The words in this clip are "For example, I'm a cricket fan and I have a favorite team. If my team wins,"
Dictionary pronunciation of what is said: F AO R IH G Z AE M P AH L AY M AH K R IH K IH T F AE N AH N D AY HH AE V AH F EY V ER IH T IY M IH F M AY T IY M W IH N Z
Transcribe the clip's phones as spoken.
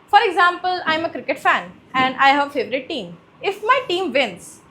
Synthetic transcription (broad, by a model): F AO R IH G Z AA M P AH L AY M AH K R IH K IH T F AE N AH N D AY HH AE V F EY V ER IH T IY M IH F M AY T IY M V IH N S